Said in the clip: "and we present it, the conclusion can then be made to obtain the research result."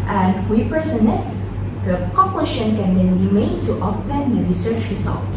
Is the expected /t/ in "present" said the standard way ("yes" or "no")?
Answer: no